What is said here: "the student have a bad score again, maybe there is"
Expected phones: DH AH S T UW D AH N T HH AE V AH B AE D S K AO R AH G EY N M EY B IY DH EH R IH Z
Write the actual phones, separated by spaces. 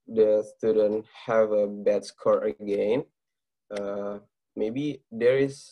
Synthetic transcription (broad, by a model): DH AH S T UW D AH N T HH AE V AH B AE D S K AO R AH G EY N M EY B IY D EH R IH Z